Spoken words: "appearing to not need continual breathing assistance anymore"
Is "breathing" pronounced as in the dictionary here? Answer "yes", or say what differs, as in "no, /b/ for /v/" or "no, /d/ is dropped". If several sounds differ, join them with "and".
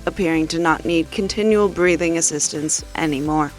yes